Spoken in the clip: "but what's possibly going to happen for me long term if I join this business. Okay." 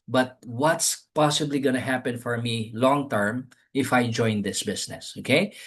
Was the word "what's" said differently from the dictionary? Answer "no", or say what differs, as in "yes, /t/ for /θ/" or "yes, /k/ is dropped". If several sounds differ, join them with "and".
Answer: no